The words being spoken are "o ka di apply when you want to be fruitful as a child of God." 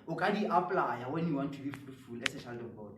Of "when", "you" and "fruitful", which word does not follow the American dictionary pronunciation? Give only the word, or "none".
fruitful